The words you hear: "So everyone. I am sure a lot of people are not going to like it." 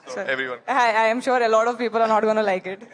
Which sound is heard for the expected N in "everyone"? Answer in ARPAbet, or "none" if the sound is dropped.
none